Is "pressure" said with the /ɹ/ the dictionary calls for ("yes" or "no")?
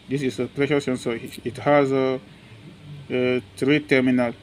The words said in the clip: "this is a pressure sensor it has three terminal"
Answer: no